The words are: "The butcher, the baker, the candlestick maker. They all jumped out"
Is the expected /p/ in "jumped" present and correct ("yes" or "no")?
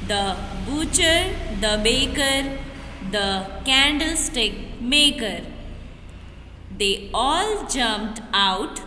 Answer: yes